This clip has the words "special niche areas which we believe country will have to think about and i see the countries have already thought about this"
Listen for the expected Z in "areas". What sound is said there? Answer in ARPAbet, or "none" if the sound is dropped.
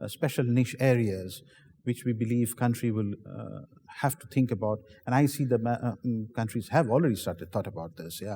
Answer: Z